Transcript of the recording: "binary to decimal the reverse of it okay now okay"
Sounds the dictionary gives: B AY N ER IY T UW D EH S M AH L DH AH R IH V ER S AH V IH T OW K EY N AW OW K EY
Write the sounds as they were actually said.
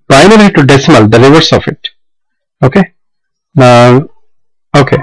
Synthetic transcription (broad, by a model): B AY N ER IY T UW D EH S M AH L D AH R IH V ER S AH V IH T OW K EY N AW OW K EY